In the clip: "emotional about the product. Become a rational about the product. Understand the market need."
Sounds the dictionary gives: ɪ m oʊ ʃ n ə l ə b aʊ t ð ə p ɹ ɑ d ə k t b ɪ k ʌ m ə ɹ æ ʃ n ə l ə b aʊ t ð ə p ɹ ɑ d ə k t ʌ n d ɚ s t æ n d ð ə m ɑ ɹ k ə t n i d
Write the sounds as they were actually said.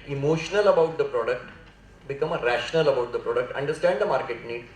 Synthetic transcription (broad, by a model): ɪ m oʊ ʃ n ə l ə b aʊ t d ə p ɹ ɑ d ə k t b ɪ k ʌ m ɹ æ ʃ n ə l ə b aʊ t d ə p ɹ ɑ d ə k t ʌ n d ɚ s t æ n d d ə m ɑ ɹ k ə t n i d